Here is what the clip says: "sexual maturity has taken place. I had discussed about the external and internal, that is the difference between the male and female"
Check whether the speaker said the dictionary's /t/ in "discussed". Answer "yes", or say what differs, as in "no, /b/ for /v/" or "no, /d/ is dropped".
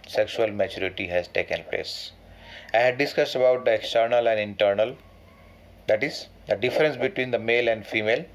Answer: yes